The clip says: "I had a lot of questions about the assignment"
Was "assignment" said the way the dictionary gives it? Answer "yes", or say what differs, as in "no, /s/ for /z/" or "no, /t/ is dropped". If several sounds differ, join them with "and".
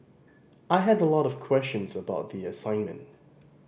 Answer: yes